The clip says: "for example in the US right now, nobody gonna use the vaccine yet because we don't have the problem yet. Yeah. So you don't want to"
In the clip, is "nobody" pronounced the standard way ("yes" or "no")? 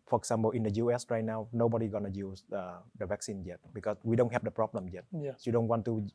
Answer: yes